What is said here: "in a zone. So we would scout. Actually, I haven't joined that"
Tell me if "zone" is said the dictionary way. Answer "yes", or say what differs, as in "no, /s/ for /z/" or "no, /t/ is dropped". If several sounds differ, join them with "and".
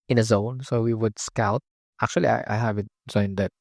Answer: yes